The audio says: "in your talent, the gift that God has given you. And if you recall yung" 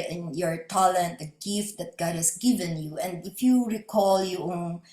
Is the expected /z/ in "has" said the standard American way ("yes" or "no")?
no